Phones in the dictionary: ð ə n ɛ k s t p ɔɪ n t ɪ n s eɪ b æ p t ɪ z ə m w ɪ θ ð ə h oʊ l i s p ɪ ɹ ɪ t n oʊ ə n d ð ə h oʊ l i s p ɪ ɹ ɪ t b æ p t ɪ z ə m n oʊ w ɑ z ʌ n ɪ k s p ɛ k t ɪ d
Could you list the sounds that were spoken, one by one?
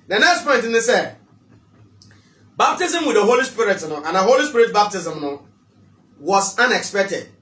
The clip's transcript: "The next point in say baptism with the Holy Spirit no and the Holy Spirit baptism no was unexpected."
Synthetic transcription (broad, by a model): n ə n ɛ k s t p ɔɪ n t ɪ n s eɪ b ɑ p t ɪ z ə m w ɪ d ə h oʊ l i s p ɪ ɹ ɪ t n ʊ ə n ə h oʊ l i s p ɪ ɹ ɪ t b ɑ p t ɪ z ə m n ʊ w ɑ s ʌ n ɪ k s p ɛ k t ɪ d